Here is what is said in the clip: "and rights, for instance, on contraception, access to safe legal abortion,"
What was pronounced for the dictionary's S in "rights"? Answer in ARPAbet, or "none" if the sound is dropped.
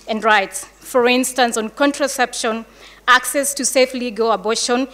S